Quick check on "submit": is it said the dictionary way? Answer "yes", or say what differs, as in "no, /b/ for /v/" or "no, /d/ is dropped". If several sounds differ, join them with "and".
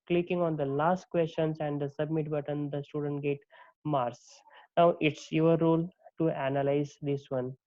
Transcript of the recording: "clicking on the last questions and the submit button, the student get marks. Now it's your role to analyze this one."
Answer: yes